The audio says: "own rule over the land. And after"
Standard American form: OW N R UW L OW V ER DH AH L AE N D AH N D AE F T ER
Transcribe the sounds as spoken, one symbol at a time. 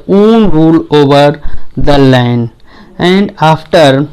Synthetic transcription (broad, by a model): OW N R UW L OW V ER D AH L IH N AH N D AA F T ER